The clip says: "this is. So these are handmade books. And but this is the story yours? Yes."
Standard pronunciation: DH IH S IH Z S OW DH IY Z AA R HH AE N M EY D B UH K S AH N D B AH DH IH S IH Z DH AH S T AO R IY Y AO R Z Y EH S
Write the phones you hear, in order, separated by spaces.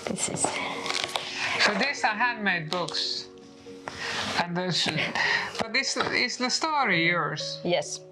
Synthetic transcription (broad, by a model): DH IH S IH Z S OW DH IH S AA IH HH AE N M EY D B UH K S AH N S B AH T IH S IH S DH AH S T AO R IY Y AO R Z Y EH S